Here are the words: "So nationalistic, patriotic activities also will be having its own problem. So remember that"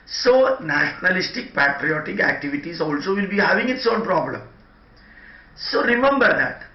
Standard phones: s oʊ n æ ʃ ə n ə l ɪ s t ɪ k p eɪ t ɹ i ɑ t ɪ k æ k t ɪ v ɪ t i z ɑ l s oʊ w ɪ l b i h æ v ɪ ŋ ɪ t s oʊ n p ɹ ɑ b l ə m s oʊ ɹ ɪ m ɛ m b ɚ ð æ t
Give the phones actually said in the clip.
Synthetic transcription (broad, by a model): s oʊ n æ ʃ ə n ə l ɪ s t ɪ k p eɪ t ɹ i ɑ t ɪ k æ k t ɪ v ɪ t i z ɑ l s oʊ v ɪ l b i h æ v ɪ ŋ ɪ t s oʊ l p ɹ ɑ b l ə m s oʊ ɹ ɪ m ɛ m b ɚ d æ t